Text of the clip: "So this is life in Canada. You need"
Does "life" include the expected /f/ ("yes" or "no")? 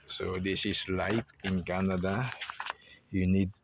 no